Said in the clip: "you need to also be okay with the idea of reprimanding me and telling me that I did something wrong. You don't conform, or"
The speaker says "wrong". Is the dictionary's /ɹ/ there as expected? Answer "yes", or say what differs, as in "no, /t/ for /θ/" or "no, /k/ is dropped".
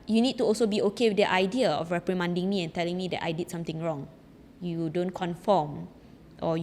yes